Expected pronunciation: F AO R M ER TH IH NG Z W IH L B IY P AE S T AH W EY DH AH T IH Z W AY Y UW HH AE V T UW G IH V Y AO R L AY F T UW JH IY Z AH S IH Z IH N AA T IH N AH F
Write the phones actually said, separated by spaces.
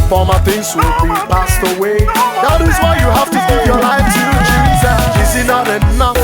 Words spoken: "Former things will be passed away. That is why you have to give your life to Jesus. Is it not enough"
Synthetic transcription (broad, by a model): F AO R M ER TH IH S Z W IH L B IY P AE S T AH W EY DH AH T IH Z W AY Y UW HH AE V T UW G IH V Y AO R L AY F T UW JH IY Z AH IH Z IH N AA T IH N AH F